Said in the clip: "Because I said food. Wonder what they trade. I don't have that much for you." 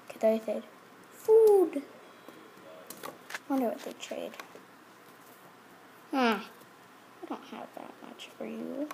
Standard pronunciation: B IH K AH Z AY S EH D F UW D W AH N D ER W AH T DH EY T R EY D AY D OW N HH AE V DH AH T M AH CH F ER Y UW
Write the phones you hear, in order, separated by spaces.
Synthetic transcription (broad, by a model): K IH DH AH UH TH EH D F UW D W AH N D ER W AH T DH EY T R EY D AY D OW N HH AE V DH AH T M AH CH F ER Y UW